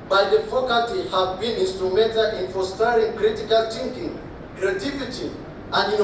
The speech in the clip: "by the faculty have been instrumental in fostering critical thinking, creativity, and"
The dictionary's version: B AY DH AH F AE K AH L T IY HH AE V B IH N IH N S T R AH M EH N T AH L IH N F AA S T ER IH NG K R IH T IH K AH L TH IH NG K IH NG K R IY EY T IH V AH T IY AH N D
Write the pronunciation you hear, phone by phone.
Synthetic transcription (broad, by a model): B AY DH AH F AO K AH T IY HH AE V B IH N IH N S T R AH M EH N T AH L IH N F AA S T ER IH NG K R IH T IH K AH L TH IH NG K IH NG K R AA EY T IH F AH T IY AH N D